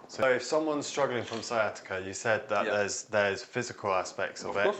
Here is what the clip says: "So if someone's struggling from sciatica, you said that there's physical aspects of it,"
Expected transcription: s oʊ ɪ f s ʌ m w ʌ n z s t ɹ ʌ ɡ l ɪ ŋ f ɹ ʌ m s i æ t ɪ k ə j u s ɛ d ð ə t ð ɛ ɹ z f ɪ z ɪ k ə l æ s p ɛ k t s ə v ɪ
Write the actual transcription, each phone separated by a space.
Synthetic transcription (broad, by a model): s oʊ ɪ f s ʌ m w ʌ n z s t ɹ ʌ ɡ l ɪ ŋ f ɹ ʌ m s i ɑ t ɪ k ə j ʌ s ɛ d ð ə t ð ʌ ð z f ɪ z ɪ k ə l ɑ s p ɛ k t s ə v ɪ